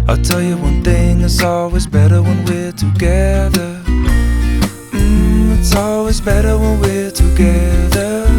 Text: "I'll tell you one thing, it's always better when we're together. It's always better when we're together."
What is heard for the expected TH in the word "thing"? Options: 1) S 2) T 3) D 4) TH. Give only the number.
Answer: 4